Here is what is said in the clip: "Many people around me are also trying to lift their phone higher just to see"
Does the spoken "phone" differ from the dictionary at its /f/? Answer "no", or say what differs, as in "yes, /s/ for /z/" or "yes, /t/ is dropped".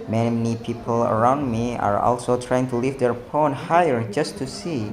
yes, /p/ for /f/